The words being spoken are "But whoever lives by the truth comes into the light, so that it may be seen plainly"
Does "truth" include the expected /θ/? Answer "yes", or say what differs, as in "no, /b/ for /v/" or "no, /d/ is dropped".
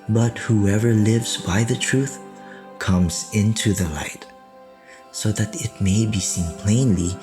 yes